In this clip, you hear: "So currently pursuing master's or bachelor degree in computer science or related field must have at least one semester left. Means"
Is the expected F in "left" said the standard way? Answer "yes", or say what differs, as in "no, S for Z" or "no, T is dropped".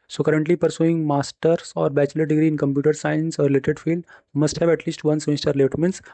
no, F is dropped